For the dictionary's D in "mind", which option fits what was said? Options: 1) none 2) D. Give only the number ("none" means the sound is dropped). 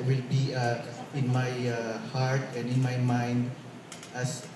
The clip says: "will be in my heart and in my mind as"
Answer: 2